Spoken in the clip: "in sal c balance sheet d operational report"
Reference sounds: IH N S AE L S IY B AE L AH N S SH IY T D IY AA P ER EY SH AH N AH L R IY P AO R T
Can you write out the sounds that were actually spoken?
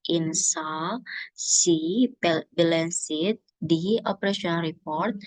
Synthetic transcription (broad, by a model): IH N S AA S IY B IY L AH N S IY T D IY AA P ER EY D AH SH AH N R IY P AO R T